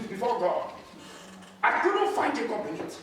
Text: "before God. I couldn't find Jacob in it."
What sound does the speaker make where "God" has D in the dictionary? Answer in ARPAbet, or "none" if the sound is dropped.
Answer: none